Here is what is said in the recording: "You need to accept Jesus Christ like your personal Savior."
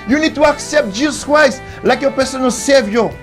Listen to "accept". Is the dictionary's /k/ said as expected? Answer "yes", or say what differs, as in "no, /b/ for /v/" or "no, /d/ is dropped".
yes